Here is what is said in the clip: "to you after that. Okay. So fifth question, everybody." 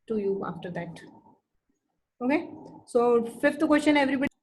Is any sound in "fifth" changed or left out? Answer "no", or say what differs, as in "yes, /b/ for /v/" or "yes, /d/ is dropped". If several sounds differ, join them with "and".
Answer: yes, /t/ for /θ/